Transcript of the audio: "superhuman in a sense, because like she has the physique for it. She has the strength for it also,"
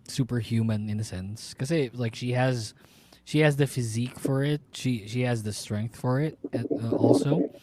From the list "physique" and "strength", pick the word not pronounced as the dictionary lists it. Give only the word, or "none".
none